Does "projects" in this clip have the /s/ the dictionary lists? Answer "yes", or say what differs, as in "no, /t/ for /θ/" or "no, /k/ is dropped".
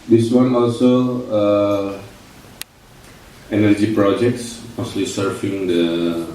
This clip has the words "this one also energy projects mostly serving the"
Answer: yes